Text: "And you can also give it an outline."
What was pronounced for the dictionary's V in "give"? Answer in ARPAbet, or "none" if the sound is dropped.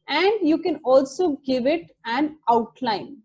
V